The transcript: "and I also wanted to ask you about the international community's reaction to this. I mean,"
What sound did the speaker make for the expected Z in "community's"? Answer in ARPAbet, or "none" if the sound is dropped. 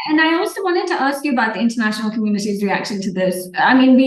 Z